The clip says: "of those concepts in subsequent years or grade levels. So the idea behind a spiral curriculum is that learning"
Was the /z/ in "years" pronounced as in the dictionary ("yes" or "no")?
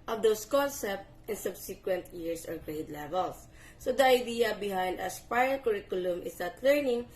no